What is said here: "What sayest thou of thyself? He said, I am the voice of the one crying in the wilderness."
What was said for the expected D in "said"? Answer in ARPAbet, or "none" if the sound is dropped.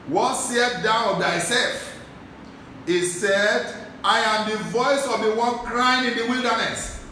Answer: D